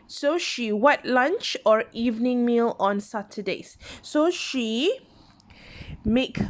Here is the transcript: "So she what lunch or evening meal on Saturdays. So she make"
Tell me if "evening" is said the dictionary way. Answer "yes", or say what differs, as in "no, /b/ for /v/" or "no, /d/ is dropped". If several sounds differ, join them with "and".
yes